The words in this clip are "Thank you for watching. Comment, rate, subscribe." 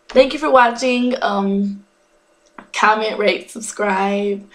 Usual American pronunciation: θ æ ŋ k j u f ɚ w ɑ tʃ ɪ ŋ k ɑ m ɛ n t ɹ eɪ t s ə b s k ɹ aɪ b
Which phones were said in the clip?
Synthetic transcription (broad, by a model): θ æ ŋ k j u f ɚ w ɑ tʃ ɪ ŋ k ɑ m ɛ n t ɹ eɪ t s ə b s k ɹ aɪ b